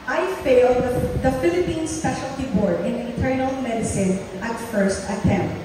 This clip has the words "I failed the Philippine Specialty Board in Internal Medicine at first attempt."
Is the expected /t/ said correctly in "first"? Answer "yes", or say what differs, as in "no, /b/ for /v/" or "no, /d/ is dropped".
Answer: yes